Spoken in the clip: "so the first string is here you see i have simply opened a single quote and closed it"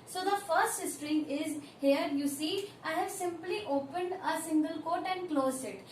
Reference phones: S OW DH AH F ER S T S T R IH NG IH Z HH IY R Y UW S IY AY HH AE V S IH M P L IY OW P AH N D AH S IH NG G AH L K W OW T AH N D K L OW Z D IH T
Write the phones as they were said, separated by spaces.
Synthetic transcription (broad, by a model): S OW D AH F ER S T S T R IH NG IH Z HH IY R Y UW S IY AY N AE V S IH M P L IY OW P AH N D AH S IH NG G AH L K OW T AH N D K L OW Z IH T